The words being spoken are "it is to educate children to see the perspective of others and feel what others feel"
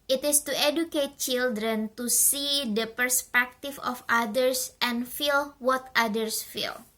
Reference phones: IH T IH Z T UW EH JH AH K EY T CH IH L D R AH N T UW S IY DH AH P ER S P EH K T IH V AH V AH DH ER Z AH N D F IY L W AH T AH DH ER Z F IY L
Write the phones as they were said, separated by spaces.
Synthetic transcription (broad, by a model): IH T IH S T UW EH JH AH K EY T CH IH L D R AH N T UW S IY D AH P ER S P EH K T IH F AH F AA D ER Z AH N F IY L W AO T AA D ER S F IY L